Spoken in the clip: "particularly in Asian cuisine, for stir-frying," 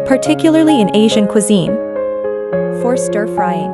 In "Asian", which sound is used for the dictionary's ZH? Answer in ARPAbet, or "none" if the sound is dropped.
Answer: ZH